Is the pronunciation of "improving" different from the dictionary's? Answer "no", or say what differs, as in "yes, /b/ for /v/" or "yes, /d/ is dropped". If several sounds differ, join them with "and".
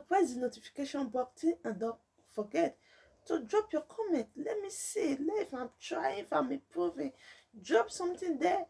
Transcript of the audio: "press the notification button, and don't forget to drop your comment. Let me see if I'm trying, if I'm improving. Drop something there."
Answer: yes, /m/ is dropped